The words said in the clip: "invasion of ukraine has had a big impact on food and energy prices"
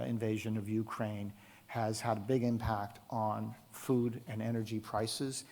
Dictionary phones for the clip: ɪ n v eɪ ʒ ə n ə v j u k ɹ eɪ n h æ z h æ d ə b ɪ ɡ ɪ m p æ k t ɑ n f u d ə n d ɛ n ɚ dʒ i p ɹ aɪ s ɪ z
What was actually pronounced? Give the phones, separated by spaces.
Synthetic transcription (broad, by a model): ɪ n v eɪ ʒ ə n ə v j u k ɹ eɪ n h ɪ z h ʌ d ə b ɪ ɡ ɪ m p æ k t n f u d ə n ɛ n ɚ dʒ i p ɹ aɪ s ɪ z